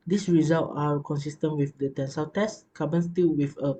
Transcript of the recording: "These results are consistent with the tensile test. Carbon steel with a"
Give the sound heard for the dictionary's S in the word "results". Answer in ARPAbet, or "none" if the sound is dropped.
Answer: none